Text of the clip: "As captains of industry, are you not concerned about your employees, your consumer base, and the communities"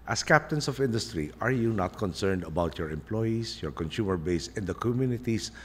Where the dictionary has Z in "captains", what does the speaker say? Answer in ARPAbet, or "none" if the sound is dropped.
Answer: S